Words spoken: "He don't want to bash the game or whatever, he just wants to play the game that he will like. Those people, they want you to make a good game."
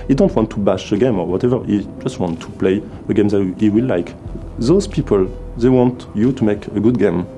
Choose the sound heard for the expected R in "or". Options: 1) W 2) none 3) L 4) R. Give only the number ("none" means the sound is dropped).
4